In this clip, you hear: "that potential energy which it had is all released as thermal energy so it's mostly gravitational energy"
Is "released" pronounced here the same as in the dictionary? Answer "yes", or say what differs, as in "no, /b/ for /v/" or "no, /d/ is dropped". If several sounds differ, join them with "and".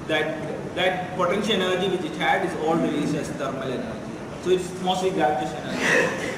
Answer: no, /t/ is dropped